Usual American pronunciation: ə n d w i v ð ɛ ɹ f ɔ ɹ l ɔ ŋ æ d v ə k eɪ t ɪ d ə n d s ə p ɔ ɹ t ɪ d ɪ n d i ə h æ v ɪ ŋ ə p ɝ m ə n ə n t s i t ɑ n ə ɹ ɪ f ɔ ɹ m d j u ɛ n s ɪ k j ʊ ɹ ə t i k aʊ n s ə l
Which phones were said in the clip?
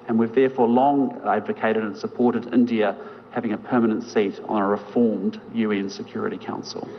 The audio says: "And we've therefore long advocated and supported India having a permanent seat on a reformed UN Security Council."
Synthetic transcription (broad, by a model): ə n w i v ð ɛ ɹ f ɔ ɹ l ɔ ŋ æ d v ə k eɪ t ɪ d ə n s ə p ɔ ɹ t ɪ d ɪ n d i ə h æ v ɪ ŋ ə p ɝ m ə n ə n t s i t n ə ɹ ɪ f ɔ ɹ m d j u ɛ n s ɪ k j ʊ ɹ ə t i k aʊ n s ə l